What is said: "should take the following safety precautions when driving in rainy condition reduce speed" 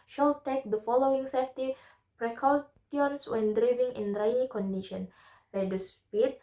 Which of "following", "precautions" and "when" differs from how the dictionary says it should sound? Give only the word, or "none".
precautions